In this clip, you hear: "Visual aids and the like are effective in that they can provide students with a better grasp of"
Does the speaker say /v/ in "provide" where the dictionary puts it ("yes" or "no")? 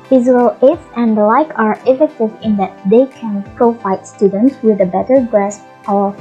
no